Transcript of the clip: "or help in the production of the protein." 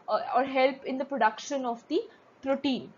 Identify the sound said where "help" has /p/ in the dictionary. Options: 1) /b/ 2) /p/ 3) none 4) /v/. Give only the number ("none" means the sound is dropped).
2